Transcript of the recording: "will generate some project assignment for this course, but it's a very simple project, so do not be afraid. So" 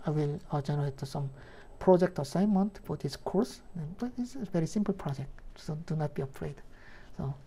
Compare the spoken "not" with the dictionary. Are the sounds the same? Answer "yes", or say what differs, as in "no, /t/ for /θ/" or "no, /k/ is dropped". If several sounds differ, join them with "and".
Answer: yes